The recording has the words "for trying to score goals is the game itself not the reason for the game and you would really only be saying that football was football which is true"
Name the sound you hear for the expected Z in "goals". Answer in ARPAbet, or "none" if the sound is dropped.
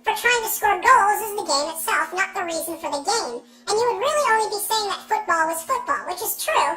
Z